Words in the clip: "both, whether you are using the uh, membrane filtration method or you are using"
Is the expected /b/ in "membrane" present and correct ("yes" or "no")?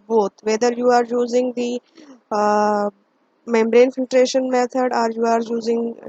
yes